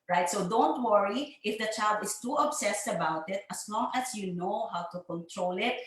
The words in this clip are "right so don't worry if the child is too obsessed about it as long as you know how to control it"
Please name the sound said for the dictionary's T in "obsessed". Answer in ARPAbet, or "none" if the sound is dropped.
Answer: T